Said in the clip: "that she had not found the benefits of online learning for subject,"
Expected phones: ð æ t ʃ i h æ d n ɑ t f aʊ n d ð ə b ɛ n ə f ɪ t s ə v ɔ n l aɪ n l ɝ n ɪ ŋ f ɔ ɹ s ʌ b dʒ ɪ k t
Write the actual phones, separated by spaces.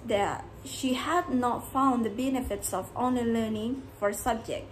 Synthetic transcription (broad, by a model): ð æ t ʃ i h æ d n ɑ t f aʊ n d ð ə b ɛ n ə f ɪ t s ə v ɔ n ʌ l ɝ n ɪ ŋ f ɔ ɹ s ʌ b dʒ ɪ k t